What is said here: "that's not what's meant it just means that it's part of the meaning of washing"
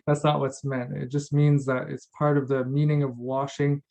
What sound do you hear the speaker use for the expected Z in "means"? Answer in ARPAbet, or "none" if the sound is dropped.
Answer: Z